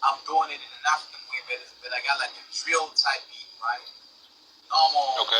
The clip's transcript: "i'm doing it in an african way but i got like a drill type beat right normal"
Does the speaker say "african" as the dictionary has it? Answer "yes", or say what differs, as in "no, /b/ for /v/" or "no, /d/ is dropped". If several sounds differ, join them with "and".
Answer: no, /ɹ/ is dropped